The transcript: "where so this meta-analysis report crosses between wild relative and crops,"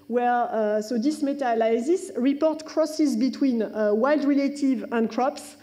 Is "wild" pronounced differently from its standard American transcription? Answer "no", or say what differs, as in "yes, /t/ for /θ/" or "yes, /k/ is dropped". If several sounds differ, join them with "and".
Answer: no